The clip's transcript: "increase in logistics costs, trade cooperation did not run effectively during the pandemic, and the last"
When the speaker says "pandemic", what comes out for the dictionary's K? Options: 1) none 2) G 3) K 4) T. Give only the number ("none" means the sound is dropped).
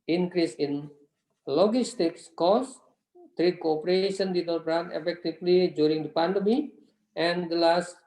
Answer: 1